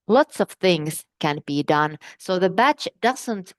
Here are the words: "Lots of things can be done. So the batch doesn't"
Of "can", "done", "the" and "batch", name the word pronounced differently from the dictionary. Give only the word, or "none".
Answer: none